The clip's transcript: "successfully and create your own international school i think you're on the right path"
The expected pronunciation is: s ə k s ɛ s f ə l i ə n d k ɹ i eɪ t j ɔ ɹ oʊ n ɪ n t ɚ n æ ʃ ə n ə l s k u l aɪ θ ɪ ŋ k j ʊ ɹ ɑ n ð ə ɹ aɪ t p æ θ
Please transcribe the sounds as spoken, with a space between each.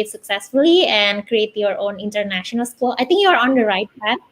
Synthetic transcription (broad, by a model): s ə k s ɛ s f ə l i ə n d k ɹ i eɪ t j ɔ ɹ oʊ n ɪ n t ɚ n æ ʃ ə n ə l s k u l aɪ t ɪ ŋ k j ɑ ɹ ɑ n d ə ɹ aɪ t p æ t